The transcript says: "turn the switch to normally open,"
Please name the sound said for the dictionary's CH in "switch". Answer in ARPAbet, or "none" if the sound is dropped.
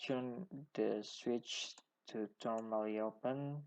CH